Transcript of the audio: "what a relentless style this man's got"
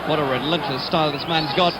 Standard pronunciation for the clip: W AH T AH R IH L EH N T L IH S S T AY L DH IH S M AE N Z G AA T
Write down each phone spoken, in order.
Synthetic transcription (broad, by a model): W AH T AH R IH L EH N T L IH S S T AY L DH IH S M AE N Z G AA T